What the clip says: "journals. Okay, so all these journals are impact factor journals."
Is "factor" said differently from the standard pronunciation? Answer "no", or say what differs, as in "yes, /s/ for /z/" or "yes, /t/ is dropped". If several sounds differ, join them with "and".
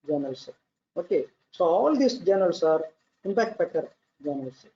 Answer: yes, /p/ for /f/